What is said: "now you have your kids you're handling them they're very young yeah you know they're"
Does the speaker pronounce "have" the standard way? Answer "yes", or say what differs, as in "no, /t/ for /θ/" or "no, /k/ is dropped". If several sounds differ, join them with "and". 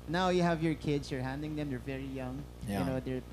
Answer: yes